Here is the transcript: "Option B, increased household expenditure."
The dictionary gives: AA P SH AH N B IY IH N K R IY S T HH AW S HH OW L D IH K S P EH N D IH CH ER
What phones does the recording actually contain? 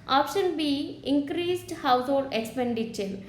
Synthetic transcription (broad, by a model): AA P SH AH N B IY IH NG K R IY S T HH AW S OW D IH K S P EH N D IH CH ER